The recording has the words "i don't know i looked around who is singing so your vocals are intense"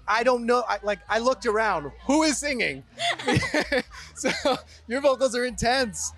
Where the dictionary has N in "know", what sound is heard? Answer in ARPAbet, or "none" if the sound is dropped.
L